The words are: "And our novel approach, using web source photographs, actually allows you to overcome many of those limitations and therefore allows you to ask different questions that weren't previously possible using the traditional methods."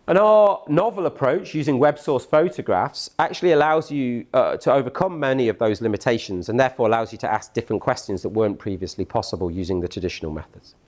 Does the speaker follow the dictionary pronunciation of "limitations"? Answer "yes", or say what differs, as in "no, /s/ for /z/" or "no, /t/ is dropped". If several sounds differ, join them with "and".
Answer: yes